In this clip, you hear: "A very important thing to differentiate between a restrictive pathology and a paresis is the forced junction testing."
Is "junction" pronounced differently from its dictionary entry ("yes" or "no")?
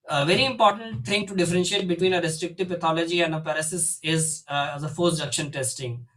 yes